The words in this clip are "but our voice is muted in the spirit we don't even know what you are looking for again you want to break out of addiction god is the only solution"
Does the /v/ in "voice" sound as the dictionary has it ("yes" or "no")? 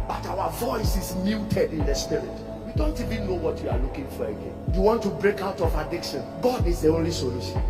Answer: yes